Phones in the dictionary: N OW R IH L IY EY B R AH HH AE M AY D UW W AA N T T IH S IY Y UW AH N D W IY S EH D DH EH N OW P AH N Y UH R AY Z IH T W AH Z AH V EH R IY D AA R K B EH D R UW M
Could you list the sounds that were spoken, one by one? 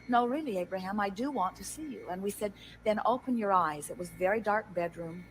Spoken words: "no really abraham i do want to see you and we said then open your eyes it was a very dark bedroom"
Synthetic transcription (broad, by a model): N OW R IH L IY EY B R AH HH AE M AY D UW W AA N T T IH S IY Y UW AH N W IY S EH D DH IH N OW P AH N Y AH R AY Z IH T W AH Z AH V EH R IY D AA R K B EH D R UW M